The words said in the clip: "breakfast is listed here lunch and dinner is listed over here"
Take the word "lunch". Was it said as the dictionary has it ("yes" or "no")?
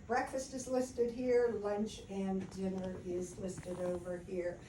yes